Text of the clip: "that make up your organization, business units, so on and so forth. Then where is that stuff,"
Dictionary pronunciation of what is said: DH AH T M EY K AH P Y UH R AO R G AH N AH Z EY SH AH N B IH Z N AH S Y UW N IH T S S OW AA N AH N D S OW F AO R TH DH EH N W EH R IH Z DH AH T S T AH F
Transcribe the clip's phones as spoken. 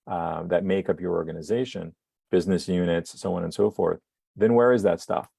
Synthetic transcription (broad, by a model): DH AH T M EY K AH P Y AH R AO R G AH N AH Z EY SH AH N B IH Z N AH S Y UW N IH T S S OW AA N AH N S OW F AO R TH DH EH N W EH R IH Z DH AH T S T AH F